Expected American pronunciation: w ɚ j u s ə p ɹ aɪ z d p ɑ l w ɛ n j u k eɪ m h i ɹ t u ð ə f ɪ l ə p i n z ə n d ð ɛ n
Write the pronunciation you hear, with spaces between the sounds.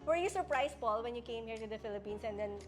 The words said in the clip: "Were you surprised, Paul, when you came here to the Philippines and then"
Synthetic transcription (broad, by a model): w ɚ j u s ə p ɹ aɪ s p ɑ l w ɛ n j u k eɪ m h i ɹ t u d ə f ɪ l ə p i n s ə n d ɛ n